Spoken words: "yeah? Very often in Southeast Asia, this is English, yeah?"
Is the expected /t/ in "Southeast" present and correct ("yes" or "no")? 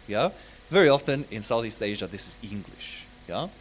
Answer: yes